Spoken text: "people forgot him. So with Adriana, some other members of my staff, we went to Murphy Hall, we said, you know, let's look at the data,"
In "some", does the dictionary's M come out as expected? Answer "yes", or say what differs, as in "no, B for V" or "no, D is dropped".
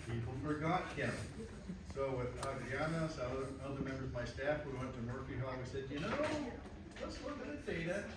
no, M is dropped